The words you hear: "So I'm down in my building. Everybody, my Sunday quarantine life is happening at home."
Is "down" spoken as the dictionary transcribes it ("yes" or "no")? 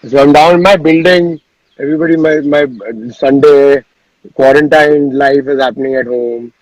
no